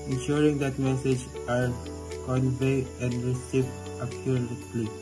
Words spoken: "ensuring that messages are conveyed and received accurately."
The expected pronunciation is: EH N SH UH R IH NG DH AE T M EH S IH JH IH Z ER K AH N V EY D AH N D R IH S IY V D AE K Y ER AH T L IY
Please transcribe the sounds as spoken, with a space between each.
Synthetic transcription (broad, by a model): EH N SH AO R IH NG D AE T M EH S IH JH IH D K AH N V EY AH N D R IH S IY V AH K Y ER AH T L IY